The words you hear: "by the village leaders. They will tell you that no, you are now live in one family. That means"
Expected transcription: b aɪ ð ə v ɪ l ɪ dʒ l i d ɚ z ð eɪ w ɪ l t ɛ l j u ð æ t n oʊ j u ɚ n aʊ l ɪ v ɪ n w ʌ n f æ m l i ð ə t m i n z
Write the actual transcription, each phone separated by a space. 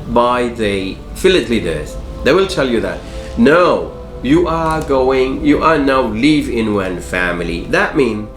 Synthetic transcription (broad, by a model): b aɪ ð ə f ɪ l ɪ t l i d ɚ z ð eɪ w ɪ l t ɛ l j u ð æ t n oʊ j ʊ ɚ n aʊ l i v ɪ n w ʌ n f æ m l i ð ə t m i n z